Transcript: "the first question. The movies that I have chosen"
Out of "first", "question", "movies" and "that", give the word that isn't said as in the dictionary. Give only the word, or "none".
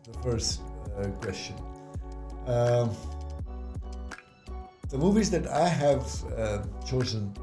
none